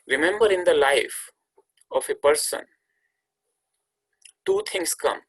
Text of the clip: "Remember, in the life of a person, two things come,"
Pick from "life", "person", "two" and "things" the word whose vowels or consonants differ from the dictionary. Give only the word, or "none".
things